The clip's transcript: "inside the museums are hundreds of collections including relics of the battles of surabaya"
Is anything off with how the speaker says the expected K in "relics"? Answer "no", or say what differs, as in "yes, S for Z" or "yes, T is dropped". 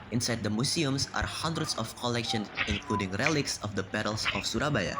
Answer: no